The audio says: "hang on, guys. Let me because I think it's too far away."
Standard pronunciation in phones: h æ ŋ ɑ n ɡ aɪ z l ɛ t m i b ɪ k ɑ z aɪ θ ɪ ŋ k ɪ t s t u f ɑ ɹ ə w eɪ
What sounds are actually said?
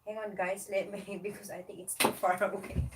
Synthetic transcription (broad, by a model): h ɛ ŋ ɑ n ɡ aɪ s l ɛ t m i b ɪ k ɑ s aɪ t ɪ ŋ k ɪ t s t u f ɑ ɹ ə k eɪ